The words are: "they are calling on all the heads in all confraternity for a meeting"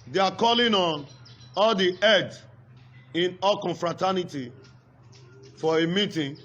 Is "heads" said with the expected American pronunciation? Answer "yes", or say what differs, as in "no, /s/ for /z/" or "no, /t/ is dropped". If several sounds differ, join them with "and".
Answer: no, /z/ is dropped